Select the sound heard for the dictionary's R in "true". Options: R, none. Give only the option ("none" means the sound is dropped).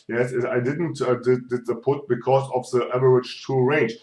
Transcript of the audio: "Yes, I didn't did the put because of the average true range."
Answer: none